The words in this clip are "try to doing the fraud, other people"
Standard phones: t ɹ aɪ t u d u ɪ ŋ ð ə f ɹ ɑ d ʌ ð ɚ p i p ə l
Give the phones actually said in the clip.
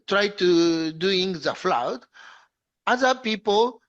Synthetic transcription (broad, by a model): t ɹ aɪ t u d u ɪ ŋ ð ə f l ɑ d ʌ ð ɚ p i p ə l